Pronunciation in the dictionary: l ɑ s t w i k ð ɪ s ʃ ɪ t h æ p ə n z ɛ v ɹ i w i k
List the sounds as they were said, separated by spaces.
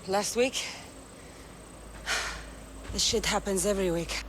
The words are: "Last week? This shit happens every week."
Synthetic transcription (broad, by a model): l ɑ s t w i k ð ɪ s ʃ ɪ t h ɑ p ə n z ɛ v ɹ i w i k